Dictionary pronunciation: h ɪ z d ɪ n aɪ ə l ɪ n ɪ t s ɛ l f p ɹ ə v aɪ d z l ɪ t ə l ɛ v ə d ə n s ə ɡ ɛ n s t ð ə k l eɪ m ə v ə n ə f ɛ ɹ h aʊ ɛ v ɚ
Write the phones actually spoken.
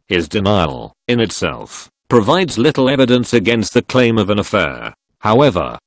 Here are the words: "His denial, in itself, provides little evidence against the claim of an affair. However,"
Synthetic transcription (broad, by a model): h ɪ z d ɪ n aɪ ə l ɪ n ɪ t s ɛ l f p ɹ ə v aɪ d z l ɪ t l ɛ v ə d ə n s ə ɡ ɛ n s t ð ə k l eɪ m ə v ə n ə f ɛ ɹ h aʊ ɛ v ɚ